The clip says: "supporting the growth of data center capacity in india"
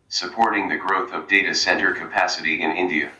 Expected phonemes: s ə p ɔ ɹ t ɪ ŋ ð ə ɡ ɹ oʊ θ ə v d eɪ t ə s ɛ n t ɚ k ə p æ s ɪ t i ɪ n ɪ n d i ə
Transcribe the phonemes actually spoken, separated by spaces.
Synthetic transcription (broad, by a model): s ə p ɔ ɹ t ɪ ŋ ð ə ɡ ɹ oʊ θ ə v d eɪ t ə s ɛ n t ɚ k ə p æ s ɪ t i ɪ n ɪ n d i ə